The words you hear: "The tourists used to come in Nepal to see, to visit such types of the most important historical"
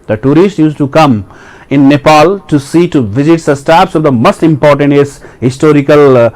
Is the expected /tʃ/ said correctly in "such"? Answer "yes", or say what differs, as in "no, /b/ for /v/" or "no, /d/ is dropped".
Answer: no, /s/ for /tʃ/